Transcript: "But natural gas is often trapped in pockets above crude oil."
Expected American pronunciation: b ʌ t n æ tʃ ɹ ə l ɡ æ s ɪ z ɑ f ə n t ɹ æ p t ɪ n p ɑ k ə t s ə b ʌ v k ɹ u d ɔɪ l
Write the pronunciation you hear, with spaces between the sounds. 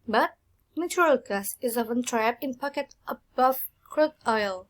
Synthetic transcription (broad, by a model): b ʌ t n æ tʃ ɹ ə l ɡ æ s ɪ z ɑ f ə n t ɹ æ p ɪ n p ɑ k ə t ə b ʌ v k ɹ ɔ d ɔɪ l